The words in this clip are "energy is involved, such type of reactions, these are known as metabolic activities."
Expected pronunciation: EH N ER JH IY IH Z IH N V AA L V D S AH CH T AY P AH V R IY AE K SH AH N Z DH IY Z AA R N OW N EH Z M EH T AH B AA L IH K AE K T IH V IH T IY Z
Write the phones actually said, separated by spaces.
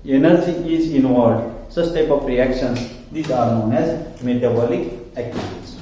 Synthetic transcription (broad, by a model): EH N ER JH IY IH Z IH N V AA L D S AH S T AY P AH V R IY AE K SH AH N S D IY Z AA R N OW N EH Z M EH T AH B AA L IH K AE K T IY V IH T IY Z